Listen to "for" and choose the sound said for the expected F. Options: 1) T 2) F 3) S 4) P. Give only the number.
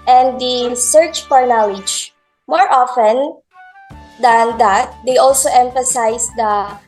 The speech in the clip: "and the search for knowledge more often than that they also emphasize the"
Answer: 4